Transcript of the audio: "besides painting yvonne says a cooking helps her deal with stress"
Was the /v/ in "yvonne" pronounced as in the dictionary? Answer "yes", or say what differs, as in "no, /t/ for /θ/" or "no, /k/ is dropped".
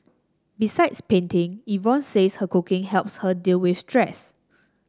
yes